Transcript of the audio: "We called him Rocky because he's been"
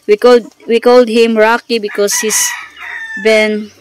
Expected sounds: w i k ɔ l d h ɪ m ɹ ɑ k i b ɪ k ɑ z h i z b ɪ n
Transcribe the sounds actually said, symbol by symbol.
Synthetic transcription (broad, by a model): w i k ɔ l d h ɪ m ɹ ɑ k i b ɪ k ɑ s h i s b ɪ n